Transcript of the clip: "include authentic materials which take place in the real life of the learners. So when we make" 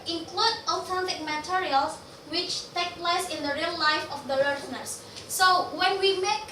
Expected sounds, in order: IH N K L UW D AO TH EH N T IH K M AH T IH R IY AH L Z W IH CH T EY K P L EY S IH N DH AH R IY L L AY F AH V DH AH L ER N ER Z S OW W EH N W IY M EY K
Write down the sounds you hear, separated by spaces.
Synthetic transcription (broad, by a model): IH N K L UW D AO T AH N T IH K M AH T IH R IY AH L S W IH CH T EY K P L EY S IH N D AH R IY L L AY F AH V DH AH L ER N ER S OW W EH N W IY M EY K